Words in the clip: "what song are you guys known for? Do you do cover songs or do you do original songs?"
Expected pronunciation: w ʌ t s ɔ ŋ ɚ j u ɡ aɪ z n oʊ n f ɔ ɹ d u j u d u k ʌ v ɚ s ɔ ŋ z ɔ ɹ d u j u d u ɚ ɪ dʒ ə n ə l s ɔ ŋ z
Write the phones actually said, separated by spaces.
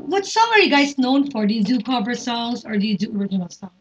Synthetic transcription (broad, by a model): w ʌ t s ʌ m ɚ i ɡ aɪ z n oʊ n f ɔ ɹ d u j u d u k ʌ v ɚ s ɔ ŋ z ɔ ɹ d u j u d u ɚ ɪ dʒ ə n ə l s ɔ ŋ